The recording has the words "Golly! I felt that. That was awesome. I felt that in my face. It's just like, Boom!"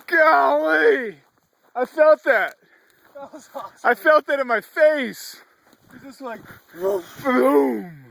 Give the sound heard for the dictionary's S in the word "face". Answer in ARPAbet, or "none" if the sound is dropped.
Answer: none